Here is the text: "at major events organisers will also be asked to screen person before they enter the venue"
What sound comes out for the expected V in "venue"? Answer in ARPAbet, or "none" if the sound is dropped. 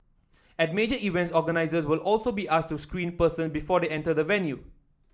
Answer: V